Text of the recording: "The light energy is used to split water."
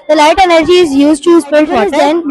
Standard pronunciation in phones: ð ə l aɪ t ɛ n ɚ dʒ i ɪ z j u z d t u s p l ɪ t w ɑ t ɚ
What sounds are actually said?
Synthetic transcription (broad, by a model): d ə l aɪ t ɛ n ɚ dʒ i ɪ z j u z d t u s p ɪ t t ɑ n